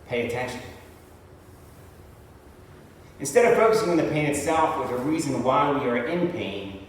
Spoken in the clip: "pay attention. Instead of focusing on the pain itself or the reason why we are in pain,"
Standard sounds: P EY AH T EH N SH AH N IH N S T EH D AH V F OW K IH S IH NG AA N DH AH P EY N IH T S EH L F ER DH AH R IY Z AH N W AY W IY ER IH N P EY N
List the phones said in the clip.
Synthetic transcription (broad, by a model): P EY AH T EH N SH AH N IH N S T EH D AH V F OW K IH S IH NG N DH AH P EY N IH T S EH L F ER DH AH R IY Z AH N W AY W IY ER IH N P EY N